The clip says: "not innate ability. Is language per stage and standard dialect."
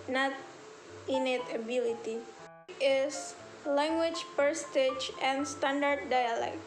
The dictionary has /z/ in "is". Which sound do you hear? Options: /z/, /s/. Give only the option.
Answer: /s/